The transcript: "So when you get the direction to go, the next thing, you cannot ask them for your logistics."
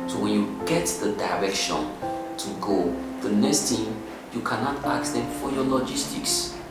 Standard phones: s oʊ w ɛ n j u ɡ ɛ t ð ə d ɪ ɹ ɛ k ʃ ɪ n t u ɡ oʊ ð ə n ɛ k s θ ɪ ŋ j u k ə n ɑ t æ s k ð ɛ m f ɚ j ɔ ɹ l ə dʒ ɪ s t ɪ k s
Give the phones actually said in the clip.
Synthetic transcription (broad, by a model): s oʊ w ɛ n j u ɡ ɛ t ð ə d ɪ ɹ ɛ k ʃ ɪ n t u ɡ oʊ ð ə n ɛ k s t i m j u k ə n ɑ t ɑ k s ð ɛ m f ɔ j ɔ l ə dʒ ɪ s t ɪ k s